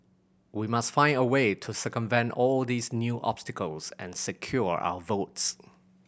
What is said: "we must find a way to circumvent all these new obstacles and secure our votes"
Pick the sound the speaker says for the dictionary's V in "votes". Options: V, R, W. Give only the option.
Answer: V